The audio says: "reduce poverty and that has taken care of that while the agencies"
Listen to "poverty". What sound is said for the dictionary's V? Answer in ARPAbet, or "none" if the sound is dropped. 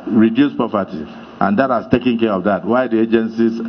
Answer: P